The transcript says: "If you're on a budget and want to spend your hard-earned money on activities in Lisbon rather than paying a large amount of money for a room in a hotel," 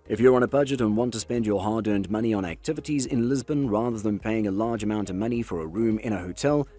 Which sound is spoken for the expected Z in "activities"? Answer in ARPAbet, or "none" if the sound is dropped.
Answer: Z